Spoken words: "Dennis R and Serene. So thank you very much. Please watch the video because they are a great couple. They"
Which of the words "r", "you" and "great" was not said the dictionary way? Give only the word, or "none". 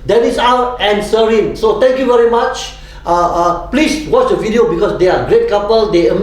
r